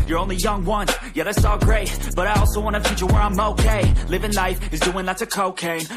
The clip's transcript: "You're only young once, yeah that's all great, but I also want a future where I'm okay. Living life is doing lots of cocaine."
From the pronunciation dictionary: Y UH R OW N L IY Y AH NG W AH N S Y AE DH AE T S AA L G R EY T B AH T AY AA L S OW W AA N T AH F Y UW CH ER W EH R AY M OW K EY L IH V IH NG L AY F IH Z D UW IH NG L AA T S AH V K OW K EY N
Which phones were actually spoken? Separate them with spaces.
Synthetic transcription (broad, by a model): Y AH R OW N L IY Y AH NG W AH N Y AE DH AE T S AA L G R EY T B AH T AY AA L S OW W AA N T AH F Y UW CH ER W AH R AY M OW K EY L IH V IH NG L AY F IH Z D UW IH NG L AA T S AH K OW K EY